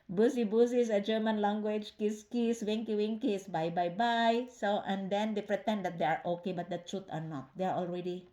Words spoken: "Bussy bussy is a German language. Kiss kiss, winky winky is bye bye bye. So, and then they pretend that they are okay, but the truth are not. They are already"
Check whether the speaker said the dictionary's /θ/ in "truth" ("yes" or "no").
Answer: no